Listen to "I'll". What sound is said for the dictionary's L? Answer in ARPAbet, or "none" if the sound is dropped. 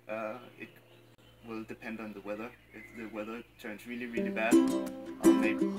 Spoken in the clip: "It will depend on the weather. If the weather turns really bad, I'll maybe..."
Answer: N